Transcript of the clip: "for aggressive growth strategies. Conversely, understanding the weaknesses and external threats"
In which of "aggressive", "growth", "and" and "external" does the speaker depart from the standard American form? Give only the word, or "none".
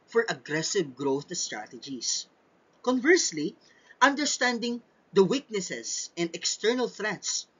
none